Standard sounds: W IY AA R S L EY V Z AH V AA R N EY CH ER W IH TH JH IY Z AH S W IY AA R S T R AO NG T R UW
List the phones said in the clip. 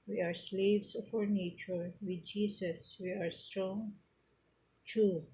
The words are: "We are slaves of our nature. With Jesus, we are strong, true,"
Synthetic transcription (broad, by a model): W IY AA R S L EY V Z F AA R N EY CH ER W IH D JH IY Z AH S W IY AA R S T R AO NG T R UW